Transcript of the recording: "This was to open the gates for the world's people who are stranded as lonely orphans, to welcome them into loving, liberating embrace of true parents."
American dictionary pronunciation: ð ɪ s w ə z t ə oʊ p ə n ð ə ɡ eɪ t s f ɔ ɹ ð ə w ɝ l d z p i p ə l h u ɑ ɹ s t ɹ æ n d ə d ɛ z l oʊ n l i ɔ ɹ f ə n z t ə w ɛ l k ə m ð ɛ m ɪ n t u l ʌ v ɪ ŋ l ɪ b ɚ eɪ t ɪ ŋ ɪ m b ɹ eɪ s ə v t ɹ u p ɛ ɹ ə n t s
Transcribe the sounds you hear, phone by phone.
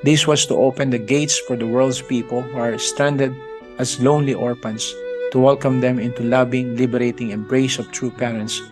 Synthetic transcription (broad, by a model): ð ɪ s w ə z t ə oʊ p ə n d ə ɡ eɪ t s f ɔ ɹ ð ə w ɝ l d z p i p ə l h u ɑ ɹ s t æ n d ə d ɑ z l oʊ n l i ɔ ɹ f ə n s t ə w ɛ l k ə m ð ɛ m ɪ n t u l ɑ b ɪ ŋ l ɪ b ɚ eɪ t ɪ ŋ ɪ m b ɹ eɪ s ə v t ɹ u p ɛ ɹ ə n t s